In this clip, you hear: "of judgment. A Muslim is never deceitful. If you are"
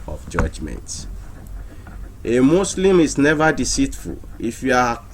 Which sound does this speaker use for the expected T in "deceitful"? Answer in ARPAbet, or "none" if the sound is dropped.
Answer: T